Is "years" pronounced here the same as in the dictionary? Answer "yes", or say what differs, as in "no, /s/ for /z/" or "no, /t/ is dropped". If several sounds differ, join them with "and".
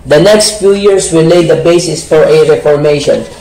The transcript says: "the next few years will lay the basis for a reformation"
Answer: no, /s/ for /z/